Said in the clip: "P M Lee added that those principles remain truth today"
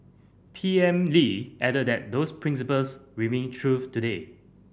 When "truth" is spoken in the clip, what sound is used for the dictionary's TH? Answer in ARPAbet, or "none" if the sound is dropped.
F